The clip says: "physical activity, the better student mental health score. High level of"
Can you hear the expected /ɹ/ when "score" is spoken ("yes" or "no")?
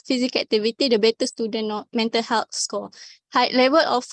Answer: no